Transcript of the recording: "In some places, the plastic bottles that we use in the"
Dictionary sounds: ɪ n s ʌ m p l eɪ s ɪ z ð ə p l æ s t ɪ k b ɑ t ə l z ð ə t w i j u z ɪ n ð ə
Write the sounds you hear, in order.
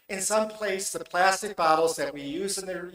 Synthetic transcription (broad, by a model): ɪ n s ʌ m p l eɪ ɪ s ð ə p l æ s t ɪ k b ɑ t l z ð ə t w i j u z ɪ n ð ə